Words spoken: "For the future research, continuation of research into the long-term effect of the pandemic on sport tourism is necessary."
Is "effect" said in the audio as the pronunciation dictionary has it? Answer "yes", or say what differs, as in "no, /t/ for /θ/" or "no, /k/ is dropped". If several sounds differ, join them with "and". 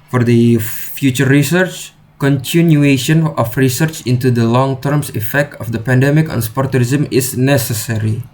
yes